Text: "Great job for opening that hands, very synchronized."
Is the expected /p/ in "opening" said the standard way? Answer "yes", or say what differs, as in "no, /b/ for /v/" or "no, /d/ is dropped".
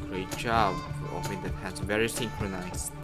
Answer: no, /f/ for /p/